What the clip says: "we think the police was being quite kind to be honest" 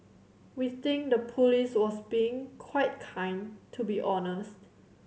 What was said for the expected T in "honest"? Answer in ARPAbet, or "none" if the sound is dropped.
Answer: T